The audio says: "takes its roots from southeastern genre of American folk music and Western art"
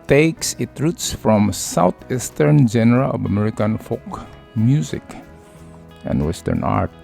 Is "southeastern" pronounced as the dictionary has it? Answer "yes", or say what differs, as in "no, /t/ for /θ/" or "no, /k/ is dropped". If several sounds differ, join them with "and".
no, /t/ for /θ/